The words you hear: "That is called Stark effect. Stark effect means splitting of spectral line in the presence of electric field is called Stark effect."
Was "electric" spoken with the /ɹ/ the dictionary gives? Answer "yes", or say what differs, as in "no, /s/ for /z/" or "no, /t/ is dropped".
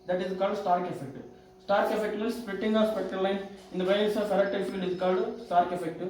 no, /ɹ/ is dropped